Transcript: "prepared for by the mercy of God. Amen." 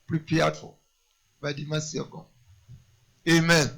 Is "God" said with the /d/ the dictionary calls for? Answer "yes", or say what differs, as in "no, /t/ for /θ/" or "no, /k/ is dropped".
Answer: no, /d/ is dropped